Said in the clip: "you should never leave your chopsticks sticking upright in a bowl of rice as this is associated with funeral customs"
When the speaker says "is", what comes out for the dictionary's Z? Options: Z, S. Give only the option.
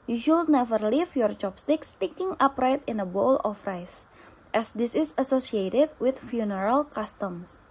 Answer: S